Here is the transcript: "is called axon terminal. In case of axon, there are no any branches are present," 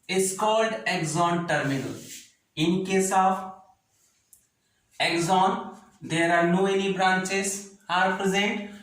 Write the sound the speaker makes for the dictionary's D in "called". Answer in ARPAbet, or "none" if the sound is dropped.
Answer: D